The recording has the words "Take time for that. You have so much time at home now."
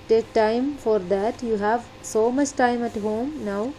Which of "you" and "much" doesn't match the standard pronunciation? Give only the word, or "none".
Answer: none